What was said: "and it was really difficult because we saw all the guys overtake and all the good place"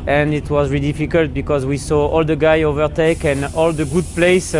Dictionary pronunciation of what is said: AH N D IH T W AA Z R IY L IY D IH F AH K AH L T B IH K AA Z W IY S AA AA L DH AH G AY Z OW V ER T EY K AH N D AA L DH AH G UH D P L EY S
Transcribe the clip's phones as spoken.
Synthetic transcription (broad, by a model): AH N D IH T W AA Z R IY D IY F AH K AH L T B IH K AA Z W IY S AA AA L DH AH G AY OW V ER T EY K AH N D AA L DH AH G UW D P L EY S